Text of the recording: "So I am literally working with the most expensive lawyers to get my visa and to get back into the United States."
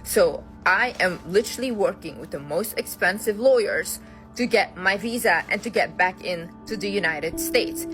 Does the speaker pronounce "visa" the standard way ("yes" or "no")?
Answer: yes